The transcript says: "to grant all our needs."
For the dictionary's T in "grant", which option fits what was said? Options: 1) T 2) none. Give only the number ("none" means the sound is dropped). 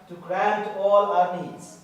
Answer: 1